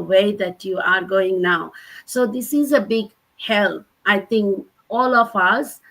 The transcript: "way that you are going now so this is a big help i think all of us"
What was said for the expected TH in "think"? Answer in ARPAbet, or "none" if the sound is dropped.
T